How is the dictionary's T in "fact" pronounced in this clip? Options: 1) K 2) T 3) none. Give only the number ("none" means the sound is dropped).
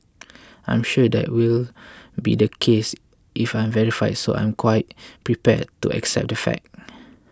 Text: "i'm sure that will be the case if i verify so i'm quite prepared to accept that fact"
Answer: 3